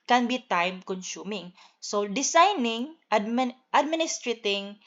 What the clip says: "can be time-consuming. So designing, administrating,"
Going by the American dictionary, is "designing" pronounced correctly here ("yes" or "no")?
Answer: no